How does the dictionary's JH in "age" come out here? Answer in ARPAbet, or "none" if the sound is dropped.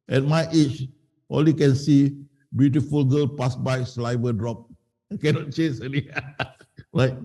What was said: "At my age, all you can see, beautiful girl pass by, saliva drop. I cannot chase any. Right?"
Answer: CH